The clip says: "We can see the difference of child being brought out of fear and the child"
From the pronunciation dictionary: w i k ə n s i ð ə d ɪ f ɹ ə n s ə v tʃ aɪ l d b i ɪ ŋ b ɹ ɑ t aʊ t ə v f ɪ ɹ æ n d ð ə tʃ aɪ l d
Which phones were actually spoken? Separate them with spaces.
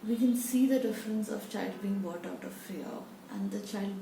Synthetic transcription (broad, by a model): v i k ə n s i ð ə d ɪ f ɹ ə n s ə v tʃ aɪ l d b i ɪ ŋ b ɑ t aʊ t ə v f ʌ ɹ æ n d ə tʃ aɪ l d